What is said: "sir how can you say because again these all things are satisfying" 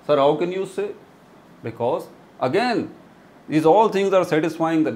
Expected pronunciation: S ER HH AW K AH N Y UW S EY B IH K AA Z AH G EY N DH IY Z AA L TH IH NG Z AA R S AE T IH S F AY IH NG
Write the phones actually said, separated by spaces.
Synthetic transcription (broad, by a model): S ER HH AW K AH N Y UW S EY B IH K AA Z AH G EY N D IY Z AA L T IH NG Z AA R S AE T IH S F AY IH NG